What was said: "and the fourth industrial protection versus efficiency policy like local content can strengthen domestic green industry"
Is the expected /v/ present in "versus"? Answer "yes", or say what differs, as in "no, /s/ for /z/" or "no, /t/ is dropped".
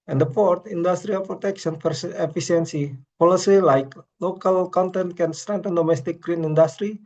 no, /p/ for /v/